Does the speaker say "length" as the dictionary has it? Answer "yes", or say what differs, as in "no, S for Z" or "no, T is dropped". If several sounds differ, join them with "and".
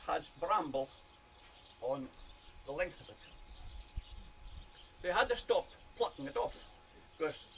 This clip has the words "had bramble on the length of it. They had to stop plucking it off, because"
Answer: yes